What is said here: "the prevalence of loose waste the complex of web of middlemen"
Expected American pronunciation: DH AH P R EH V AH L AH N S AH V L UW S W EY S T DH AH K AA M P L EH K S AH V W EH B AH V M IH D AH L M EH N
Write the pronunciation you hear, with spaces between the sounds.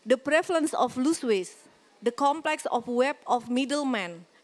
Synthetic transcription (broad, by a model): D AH P R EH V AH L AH N S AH F L UW S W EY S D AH K AA M P L EH K S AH F W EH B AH F M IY D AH L M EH N